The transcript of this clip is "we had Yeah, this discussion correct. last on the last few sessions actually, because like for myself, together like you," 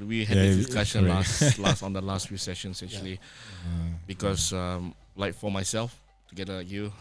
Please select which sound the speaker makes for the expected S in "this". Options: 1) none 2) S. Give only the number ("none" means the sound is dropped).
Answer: 1